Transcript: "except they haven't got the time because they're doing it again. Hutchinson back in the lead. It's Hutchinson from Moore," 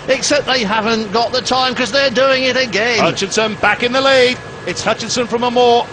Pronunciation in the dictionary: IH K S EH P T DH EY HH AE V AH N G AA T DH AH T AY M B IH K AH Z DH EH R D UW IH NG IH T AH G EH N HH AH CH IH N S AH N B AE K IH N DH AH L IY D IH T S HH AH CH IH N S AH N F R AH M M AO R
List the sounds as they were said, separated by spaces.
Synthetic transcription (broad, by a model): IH K S EH P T DH EY HH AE V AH N G AA T DH AH T AY M K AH Z DH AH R D UW IH NG IH T AH G EH N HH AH CH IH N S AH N B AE K IH N DH AH L IY D IH T S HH AH CH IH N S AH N F R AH M M AO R